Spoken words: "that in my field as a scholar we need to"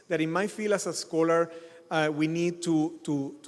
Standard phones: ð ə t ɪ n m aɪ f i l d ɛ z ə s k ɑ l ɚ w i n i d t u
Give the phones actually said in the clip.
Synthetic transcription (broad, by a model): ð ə t ɪ n m aɪ f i l ɑ s ə s k ɑ l ɚ w i n i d t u